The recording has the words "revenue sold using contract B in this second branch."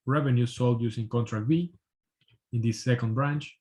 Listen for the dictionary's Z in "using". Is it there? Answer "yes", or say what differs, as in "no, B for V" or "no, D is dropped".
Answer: no, S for Z